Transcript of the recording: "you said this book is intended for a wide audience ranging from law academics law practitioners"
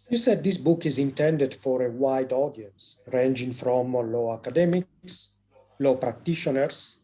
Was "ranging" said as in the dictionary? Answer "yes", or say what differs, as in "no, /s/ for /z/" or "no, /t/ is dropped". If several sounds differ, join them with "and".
yes